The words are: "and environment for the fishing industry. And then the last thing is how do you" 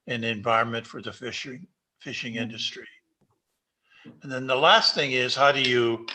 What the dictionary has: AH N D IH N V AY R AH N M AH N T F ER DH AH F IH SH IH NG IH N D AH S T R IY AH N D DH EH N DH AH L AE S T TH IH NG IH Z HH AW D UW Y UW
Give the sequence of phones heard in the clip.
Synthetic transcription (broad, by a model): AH N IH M V AY R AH N M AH N T F ER DH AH F IH SH IH NG IH N D AH S T R IY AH N DH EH N DH AH L AE S T TH IH NG IH Z HH AW D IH Y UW